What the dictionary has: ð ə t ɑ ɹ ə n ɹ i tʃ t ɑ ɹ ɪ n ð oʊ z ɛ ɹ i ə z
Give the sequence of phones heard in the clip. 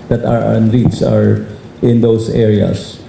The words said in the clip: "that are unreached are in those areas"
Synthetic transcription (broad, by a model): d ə t ɑ ɹ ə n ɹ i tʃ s ɑ ɹ ɪ n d oʊ s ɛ ɹ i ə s